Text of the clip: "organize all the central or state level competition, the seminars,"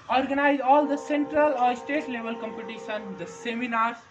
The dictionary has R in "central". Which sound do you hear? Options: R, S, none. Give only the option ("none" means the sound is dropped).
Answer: R